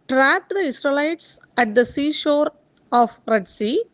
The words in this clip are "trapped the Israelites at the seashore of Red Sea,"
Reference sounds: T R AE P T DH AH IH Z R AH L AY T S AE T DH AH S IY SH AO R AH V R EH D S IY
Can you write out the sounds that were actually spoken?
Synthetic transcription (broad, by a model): T R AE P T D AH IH S R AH L AY T S AE T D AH S IY SH AO R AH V R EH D S IY